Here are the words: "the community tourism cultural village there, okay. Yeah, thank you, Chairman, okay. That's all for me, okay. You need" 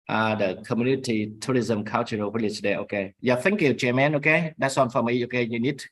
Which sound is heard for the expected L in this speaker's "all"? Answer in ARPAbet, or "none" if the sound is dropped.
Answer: N